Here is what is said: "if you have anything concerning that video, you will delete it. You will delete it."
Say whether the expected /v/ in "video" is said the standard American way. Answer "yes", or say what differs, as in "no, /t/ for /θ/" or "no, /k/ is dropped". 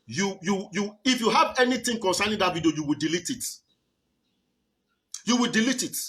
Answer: no, /b/ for /v/